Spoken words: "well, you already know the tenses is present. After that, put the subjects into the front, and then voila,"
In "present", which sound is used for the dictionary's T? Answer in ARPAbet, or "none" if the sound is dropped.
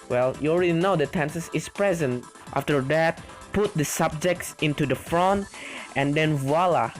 T